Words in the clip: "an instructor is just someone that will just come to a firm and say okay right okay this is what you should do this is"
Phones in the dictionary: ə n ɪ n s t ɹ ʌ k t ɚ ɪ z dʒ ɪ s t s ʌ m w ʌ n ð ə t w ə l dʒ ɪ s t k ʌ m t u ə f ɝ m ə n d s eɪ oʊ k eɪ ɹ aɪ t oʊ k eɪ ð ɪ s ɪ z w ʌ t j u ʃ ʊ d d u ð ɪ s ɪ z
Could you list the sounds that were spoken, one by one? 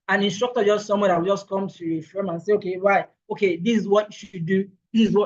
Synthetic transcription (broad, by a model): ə n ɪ n s t ɹ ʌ k t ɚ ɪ dʒ ɪ s t s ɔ m w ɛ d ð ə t w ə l dʒ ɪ s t k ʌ m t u ə f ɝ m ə n s eɪ oʊ k eɪ w aɪ oʊ k eɪ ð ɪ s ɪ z w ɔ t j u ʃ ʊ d d u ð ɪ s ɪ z